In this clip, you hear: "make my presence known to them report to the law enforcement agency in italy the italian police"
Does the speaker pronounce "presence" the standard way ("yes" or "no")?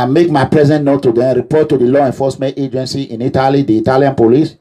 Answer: no